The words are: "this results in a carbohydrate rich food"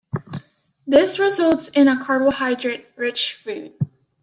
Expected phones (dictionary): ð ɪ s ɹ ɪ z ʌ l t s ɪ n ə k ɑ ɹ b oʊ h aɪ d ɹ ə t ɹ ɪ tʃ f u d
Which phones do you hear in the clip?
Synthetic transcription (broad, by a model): ð ɪ s ɹ ɪ z ʌ l t s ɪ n ə k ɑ ɹ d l h aɪ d ɹ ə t ɹ ɪ tʃ f u d